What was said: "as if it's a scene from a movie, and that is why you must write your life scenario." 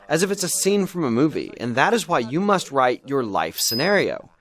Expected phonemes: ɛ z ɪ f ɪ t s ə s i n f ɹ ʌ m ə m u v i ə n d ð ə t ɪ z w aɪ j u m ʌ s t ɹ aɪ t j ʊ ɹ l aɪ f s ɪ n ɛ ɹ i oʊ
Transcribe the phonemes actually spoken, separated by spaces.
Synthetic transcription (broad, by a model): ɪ z ɪ f ɪ t s ə s i n f ɹ ʌ m ə m u v i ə n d ð ə t ɪ z w aɪ j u m ʌ s t ɹ aɪ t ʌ ɹ l aɪ f s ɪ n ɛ ɹ i oʊ